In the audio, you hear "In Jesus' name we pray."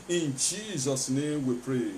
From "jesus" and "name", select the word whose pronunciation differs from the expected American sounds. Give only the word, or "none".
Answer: none